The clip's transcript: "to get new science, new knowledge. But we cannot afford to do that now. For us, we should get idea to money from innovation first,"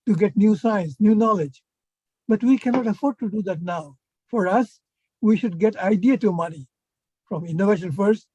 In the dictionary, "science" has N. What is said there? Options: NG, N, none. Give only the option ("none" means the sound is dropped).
N